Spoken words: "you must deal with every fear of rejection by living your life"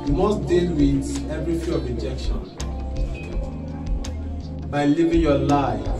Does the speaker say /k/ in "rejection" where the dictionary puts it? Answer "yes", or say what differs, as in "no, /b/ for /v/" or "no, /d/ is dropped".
yes